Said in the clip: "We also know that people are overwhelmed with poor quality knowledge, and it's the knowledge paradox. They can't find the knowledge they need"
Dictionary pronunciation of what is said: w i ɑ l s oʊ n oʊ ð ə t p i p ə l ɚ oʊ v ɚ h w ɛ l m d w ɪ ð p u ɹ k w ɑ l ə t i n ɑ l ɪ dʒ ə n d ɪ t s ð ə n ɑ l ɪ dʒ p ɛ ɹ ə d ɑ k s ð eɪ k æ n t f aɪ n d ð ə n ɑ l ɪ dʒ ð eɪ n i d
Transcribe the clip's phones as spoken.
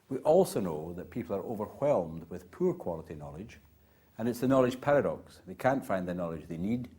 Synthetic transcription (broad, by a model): w i ɑ l s oʊ n oʊ ð ə t p i p l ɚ oʊ v ɚ h w ɛ l m d w ɪ ð p u ɹ k w ɑ l ə t i n ɑ l ɪ dʒ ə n ɪ t s ð ə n ɑ l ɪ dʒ p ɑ ɹ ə d ɑ k s ð eɪ k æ n t f aɪ n ð ə n ɑ l ɪ dʒ ð eɪ n i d